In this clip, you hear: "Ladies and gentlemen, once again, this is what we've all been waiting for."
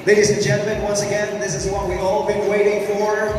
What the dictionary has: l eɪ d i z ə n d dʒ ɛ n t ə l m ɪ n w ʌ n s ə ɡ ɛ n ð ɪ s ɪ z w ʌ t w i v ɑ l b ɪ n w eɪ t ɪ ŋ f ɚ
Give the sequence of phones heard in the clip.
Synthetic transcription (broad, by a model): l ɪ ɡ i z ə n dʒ ɛ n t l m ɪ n w ʌ n s ə ɡ ɛ n ð ɪ s ɪ z w ʌ t w i ɑ l b ɪ n w eɪ t ɪ ŋ f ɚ